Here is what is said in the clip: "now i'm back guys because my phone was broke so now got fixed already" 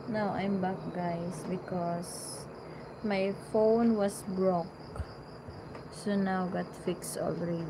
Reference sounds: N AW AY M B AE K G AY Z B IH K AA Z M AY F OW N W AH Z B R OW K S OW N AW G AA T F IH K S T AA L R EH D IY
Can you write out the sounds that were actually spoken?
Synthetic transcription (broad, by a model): N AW AY M B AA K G AY S B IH K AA S M AY F OW N W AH S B R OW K S OW N AW G AA T F IH K S T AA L R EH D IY